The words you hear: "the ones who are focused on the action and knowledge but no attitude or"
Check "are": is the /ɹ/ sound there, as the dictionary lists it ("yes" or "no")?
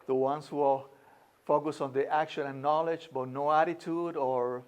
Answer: no